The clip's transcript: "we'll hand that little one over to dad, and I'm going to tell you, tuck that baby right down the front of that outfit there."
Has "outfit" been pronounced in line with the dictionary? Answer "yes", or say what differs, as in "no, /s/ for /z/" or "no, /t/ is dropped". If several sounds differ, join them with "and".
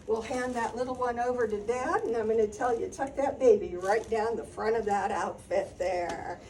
yes